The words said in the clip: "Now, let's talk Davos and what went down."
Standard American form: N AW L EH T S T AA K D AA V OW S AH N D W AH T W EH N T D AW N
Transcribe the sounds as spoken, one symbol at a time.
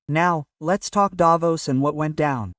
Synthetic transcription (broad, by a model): N AW L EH T S T AA K D AA V OW S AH N W AH T W EH N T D AW N